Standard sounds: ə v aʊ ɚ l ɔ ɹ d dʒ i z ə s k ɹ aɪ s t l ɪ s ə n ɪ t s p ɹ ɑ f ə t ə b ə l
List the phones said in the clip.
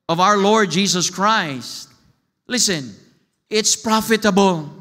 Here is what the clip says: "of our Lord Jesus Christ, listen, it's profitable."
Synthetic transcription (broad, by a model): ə v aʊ ɚ l ɔ ɹ d dʒ i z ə s k ɹ aɪ s t l ɪ s ə n ɪ t s p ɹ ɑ f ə t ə b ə l